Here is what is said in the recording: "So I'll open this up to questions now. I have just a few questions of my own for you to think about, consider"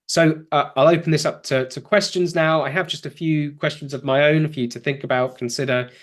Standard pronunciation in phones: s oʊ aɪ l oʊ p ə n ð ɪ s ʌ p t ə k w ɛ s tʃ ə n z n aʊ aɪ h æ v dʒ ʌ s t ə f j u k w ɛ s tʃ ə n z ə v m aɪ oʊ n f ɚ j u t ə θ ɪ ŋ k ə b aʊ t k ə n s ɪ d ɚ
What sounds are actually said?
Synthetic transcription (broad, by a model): s oʊ aɪ l oʊ p ə n ð ɪ s ʌ p t ə k w ɛ s tʃ ə n z n aʊ aɪ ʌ v dʒ ʌ s t ə f j u k w ɛ s tʃ ə n z ə v m aɪ oʊ n f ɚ j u t ə θ ɪ ŋ k ə b aʊ t k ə n s ɪ d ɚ